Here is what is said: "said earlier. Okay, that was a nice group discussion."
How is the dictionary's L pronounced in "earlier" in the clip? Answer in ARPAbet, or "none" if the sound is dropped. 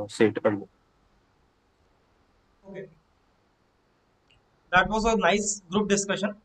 N